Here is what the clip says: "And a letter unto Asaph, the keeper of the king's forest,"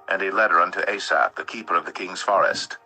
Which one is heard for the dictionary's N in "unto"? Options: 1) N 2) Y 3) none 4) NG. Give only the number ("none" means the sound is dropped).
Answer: 1